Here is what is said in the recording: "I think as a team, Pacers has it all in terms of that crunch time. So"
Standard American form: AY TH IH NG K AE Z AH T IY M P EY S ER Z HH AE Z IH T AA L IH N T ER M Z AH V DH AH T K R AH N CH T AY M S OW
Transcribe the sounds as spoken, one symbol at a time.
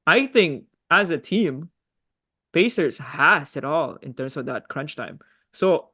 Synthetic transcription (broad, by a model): AY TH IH NG K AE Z AH T IY M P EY S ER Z HH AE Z IH T AA L IH N T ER M S AH V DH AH T K R AH N CH T AY M S OW